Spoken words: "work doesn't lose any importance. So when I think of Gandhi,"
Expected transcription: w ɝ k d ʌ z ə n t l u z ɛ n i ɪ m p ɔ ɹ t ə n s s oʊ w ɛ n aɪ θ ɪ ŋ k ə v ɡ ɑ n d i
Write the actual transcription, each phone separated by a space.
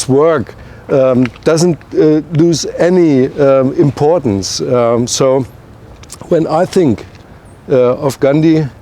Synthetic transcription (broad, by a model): w ɝ k d ʌ z ə n t l u z ɛ n i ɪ m p ɔ ɹ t n s s oʊ w ɛ n aɪ θ ɪ ŋ k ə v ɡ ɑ n d i